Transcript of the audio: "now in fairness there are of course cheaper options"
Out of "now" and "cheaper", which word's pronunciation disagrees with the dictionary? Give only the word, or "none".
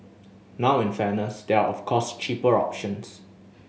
none